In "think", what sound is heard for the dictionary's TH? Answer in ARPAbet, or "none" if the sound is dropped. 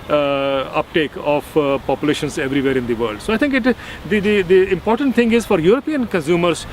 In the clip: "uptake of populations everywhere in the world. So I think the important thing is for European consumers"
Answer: T